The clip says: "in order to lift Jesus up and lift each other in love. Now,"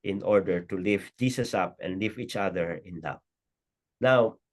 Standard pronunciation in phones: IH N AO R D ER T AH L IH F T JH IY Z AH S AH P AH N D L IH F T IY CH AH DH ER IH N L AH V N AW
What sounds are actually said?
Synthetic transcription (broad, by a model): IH N AO R D ER T AH L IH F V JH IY S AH S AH P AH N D L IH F IY CH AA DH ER IH N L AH P N AW